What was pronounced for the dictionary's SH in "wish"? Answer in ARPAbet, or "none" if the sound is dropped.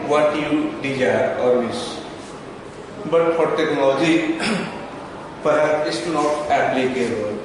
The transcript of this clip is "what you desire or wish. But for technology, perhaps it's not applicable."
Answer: S